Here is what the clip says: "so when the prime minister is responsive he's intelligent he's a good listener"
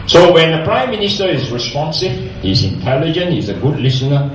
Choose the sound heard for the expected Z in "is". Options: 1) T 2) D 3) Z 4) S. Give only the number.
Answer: 3